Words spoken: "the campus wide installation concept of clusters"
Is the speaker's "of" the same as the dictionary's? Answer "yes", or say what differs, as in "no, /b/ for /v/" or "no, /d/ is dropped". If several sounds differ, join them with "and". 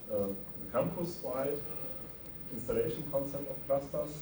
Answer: no, /f/ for /v/